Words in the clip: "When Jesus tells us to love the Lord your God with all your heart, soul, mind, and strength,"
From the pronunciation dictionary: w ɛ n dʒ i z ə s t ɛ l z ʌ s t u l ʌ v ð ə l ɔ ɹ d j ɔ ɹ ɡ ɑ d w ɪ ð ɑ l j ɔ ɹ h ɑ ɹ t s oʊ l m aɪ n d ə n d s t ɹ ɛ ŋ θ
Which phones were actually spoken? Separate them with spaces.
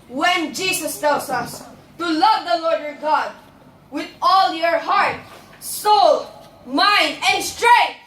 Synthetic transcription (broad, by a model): w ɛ n dʒ i s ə s t ɛ l s ʌ s t u l ʌ v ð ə l ɔ ɹ d j ɔ ɹ ɡ ɑ d w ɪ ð ɑ l j ɔ ɹ h ɑ ɹ t s oʊ l m aɪ n d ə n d s t ɹ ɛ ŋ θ